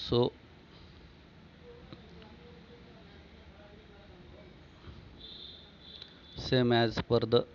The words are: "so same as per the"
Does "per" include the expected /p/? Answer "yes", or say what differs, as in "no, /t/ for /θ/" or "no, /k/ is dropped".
yes